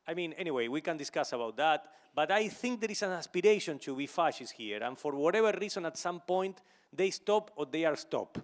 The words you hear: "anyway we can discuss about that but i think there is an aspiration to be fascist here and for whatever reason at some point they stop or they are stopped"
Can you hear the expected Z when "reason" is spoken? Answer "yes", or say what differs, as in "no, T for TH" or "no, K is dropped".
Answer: no, S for Z